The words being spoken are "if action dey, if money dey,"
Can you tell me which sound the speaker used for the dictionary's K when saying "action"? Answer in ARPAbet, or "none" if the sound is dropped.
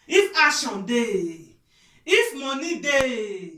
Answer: none